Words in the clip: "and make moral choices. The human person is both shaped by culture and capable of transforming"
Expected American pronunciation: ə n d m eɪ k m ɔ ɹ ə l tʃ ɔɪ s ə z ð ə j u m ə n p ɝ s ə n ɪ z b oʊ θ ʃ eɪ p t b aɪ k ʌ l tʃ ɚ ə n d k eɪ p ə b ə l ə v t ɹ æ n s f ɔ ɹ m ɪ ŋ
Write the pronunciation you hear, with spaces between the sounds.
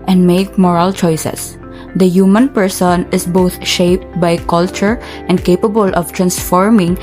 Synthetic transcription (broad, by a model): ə n d m eɪ k m ɔ ɹ ə l tʃ ɔɪ s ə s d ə j u m ə n p ɝ s ə n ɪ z b oʊ t ʃ eɪ p t b aɪ k ʌ l tʃ ɚ ə n d k eɪ p ə b ə l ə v t ɹ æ n s f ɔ ɹ m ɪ ŋ